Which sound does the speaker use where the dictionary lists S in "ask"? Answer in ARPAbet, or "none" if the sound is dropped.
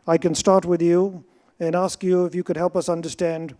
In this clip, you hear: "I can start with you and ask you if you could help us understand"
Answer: S